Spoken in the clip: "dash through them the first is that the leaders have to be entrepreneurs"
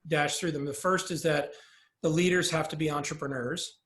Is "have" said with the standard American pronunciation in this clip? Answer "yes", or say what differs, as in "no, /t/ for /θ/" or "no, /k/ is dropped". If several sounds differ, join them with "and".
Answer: no, /f/ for /v/